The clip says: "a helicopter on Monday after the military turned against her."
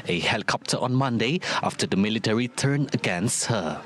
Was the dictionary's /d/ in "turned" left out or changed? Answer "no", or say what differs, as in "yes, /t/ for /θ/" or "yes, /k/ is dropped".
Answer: yes, /d/ is dropped